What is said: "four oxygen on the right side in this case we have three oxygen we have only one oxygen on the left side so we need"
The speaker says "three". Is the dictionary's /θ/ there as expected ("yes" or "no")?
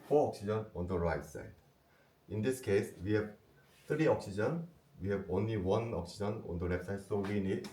no